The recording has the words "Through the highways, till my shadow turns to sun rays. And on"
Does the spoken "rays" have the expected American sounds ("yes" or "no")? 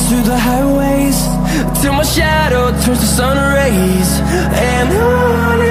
yes